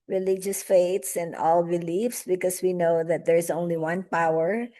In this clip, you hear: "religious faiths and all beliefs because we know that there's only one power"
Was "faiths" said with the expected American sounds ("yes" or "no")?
no